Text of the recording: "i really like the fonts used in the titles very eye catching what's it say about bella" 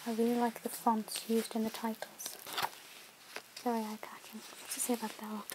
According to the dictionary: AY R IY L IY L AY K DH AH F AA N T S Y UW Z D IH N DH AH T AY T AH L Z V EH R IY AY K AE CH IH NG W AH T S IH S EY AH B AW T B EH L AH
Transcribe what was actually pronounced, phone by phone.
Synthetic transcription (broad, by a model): AY R IY L IY L AY K DH AH F AA N T S Y UW Z D IH N DH AH T AY T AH L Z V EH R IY AY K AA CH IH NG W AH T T IH S EY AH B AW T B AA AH